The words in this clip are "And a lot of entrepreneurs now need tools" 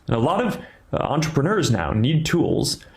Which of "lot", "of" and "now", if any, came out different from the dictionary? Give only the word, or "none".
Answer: none